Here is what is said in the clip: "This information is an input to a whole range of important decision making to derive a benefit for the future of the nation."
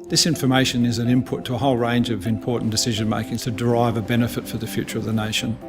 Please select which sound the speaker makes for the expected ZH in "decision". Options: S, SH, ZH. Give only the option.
ZH